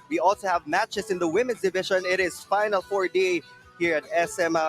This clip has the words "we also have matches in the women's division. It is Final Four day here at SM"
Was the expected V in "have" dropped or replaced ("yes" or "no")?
no